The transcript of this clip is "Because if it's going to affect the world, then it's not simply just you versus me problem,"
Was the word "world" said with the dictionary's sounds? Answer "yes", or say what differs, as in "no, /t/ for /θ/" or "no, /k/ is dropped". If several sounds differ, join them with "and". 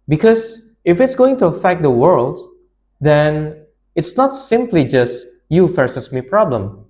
yes